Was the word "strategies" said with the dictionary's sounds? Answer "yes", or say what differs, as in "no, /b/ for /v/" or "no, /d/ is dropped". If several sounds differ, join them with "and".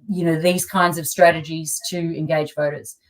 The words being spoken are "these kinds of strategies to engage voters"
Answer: yes